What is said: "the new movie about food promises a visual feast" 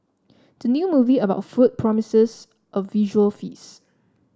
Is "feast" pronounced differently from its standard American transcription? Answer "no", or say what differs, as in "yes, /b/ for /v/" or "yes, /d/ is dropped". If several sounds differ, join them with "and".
yes, /t/ is dropped